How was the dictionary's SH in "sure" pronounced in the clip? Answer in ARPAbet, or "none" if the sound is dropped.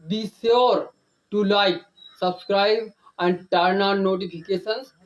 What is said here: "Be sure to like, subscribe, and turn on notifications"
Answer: S